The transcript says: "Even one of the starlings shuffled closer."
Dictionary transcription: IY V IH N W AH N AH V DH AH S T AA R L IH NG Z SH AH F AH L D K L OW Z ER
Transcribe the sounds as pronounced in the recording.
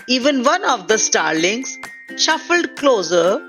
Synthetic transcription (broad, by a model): IY V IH N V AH N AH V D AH S T AA R L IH NG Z SH AH F AH L D K L OW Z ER